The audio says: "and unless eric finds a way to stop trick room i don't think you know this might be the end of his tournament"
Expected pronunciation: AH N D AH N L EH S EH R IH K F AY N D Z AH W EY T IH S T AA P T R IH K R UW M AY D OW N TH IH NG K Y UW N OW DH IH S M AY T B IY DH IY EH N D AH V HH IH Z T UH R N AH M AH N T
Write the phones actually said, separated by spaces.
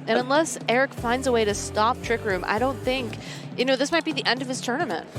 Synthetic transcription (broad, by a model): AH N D AH N L EH S EH R IH K F AY N D Z AH W EY T IH S T AA P T R IH K R UW M AY D OW N TH IH NG K Y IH N OW DH IH S M AY T B IY DH IY EH N D AH V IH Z T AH R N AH M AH N T